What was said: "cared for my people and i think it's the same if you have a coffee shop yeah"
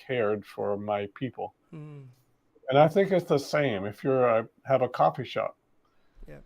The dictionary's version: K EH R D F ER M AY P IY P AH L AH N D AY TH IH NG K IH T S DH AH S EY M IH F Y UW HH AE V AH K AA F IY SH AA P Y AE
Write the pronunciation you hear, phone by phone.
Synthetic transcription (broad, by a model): EH R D F ER M AY P IY P L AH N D AY TH IH NG K IH T S DH AH S EY M IH F Y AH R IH V AH K AA F IY SH AA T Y